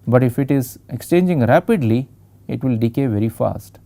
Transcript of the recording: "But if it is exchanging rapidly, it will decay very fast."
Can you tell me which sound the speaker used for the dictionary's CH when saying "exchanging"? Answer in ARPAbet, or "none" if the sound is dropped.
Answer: CH